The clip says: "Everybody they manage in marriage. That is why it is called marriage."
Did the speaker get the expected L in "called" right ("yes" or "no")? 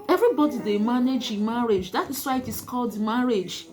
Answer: yes